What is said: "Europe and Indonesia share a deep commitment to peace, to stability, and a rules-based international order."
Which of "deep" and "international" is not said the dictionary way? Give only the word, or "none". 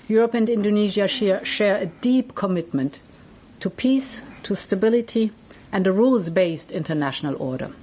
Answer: none